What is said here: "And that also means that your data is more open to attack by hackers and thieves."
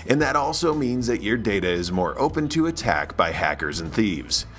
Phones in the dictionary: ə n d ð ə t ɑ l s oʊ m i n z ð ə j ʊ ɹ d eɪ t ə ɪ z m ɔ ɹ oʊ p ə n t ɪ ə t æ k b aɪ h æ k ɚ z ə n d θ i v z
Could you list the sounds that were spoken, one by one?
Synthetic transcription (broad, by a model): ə n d ð ə t ɑ l s oʊ m i n z ð ə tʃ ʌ ɹ d eɪ t ə ɪ z m ɔ ɹ oʊ p ə n t ɪ ə t æ k b aɪ h æ k ɚ z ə n θ i v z